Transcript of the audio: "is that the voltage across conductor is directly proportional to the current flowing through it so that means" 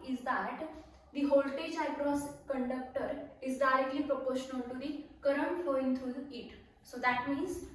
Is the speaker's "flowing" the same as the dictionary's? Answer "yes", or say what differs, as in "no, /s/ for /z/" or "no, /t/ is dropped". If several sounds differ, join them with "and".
no, /l/ is dropped